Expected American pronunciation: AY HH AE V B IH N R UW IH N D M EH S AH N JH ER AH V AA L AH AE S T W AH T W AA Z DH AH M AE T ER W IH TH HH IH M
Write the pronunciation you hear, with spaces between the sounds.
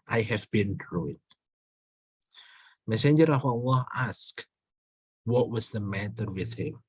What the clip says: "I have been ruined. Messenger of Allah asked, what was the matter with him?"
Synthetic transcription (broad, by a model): AY HH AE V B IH N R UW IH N M EH S AH N JH ER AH F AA W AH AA S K W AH T W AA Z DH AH M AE T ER W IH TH HH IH M